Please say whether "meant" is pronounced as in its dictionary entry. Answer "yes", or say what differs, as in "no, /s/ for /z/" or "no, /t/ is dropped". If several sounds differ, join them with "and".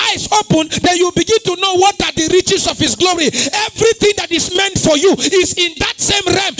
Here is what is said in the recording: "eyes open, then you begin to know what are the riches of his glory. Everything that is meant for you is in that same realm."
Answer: yes